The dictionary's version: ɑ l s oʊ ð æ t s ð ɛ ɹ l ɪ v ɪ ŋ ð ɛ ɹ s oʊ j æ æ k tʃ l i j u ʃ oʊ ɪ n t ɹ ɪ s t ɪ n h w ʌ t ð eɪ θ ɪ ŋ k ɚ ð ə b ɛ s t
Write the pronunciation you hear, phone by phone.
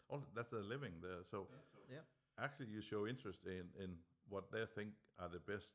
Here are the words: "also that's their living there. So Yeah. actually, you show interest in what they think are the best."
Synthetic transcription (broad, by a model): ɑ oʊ ð æ t s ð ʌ l ɪ v ɪ ŋ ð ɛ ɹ s oʊ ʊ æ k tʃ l i j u ʃ oʊ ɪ n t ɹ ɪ s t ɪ n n w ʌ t ð eɪ θ ɪ ŋ k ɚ ð ə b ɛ s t